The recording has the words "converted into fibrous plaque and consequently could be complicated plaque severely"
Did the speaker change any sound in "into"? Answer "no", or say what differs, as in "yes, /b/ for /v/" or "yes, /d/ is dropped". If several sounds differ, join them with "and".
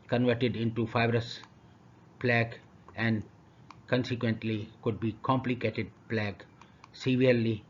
no